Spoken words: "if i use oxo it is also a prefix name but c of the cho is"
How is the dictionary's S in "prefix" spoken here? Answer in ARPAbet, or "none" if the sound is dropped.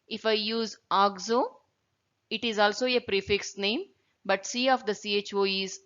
S